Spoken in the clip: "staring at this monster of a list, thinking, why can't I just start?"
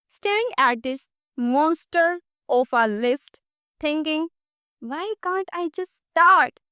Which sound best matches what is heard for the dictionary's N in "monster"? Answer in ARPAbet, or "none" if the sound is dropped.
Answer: N